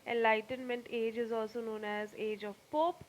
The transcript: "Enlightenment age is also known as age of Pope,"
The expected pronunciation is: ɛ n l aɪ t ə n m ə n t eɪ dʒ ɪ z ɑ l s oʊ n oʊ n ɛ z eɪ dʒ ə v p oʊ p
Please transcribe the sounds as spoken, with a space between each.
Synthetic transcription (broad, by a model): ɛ n l aɪ t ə n m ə n t eɪ dʒ ɪ z ɑ l s oʊ n oʊ n ɛ z eɪ dʒ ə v p oʊ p